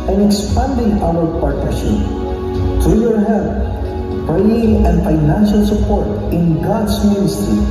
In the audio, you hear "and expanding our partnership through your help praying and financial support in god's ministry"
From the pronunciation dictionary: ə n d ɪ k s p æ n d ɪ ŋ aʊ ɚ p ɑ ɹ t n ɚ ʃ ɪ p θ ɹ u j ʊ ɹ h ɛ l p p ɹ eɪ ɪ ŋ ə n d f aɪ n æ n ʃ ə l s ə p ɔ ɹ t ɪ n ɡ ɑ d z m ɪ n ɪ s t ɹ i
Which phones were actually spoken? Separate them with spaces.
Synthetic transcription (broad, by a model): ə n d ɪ k s p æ n d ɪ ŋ aʊ ɚ p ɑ ɹ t n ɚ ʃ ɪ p t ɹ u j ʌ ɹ h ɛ l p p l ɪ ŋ ə n d f aɪ n æ n ʃ ə l s ə p ɔ ɹ t ɪ n ɡ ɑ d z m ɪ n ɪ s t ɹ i